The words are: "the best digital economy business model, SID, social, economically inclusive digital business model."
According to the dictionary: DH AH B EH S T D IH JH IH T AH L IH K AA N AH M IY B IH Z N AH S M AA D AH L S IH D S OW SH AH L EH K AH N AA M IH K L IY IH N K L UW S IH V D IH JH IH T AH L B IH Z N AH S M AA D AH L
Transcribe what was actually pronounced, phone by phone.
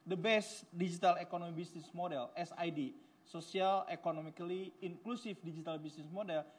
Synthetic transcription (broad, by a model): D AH B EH S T D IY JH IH T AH L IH K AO N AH M IY B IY S N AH S M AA D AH L S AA D S OW S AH L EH K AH N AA M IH K L IY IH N K L UW S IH F D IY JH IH T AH L B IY S N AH S M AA D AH L